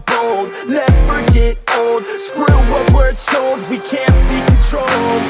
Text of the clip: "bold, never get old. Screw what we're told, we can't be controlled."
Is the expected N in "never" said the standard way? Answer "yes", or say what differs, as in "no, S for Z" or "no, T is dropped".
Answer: no, L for N